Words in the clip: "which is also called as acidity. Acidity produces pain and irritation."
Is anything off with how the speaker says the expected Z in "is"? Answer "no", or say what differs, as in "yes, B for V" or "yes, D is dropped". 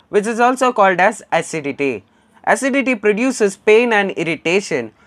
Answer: no